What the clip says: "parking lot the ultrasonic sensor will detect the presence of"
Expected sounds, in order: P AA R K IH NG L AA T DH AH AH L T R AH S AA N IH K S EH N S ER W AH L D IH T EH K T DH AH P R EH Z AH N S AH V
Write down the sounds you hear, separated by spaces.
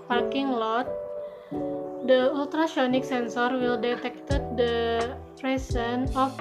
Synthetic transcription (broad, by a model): P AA R K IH NG L AA T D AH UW L T R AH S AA N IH K S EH N S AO W AH L D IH T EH K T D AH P R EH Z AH N AH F